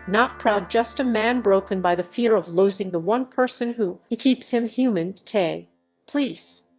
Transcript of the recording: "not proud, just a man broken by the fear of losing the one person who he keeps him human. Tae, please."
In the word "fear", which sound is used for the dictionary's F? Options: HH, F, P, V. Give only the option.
F